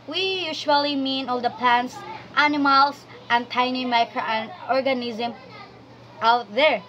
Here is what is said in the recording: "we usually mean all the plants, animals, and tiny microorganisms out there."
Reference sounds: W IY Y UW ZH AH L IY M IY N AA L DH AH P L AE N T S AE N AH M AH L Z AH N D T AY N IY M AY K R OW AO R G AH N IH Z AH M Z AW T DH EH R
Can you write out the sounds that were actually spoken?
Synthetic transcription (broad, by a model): W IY Y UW SH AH L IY M IY N AA L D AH P L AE N T S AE N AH M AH L S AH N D T AY N IY M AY K R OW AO R G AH N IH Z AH M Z AW T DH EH R